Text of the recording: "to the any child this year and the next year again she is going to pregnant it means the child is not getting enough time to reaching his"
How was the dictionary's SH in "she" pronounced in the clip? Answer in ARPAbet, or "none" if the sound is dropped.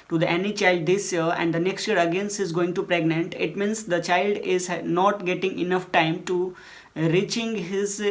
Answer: S